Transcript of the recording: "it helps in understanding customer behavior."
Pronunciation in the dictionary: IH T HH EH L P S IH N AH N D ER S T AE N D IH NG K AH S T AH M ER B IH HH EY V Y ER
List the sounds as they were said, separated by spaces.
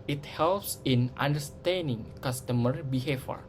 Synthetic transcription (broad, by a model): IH T HH EH L P S IH N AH N D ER S T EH N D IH NG K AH S T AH M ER B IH HH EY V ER